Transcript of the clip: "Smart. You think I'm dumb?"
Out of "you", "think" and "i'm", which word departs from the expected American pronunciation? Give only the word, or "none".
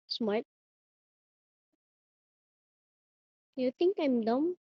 think